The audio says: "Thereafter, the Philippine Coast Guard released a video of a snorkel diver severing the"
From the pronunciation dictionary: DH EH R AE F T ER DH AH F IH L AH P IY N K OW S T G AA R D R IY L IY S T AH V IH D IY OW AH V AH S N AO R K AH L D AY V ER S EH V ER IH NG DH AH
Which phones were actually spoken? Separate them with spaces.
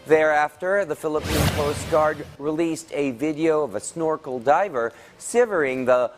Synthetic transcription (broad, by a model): DH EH R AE F T ER DH AH F IH L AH P IY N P OW S T G AA R D R IY L IY S T AH V IH D IY OW AH V AH S N AO R K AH L D AY V ER S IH V ER IH NG DH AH